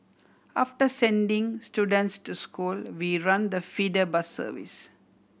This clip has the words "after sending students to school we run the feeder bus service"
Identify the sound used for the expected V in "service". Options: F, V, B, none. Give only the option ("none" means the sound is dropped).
V